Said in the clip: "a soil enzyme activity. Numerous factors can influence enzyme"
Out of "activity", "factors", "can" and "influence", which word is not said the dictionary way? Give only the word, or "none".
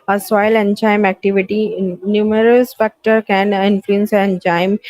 factors